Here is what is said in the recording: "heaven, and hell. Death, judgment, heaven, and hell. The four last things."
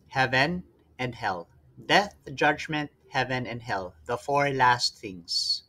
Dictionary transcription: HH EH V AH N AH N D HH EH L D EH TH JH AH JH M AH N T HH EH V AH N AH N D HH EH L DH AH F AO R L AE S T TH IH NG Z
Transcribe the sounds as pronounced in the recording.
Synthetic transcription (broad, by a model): HH EH V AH N AH N D HH EH L D EH TH JH AH JH M AH N T HH EH V AH N AH N D HH EH L DH AH F AO R L AE S T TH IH NG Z